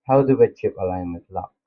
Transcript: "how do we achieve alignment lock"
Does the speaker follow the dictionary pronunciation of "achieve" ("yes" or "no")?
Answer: no